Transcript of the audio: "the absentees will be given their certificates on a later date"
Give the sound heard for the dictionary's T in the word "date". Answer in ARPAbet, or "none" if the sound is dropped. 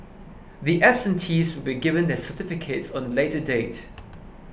T